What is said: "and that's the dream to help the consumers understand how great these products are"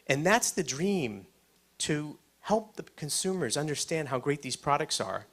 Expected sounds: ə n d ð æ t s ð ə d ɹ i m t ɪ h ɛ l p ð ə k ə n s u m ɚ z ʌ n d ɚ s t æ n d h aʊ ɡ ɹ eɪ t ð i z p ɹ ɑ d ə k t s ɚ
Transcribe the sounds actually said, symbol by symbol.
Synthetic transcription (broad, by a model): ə n ð æ t s ð ə d ɹ i m t ɪ h ɛ l p ð ə k ə n s u m ɚ z ʌ n d ɚ s t æ n d h aʊ ɡ ɹ eɪ t ð i z p ɹ ɑ d ə k t s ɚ